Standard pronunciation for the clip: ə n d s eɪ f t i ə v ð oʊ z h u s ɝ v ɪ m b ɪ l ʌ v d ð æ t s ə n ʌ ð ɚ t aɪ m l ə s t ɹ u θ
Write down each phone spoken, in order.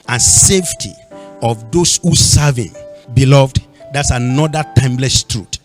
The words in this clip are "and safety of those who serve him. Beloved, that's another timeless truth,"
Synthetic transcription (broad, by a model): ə n s eɪ f t i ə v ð oʊ s h u s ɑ v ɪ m b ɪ l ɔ v d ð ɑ t s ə n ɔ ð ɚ t aɪ m l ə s t ɹ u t